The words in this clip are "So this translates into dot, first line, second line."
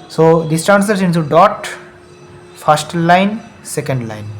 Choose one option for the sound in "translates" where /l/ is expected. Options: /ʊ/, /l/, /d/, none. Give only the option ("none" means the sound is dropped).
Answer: none